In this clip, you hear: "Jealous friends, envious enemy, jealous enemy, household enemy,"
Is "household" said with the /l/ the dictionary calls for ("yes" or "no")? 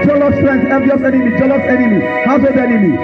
no